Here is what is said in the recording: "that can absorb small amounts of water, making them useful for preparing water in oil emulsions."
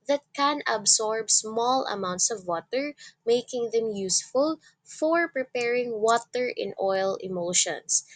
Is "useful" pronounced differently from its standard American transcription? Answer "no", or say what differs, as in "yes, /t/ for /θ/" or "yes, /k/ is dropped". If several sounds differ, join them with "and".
no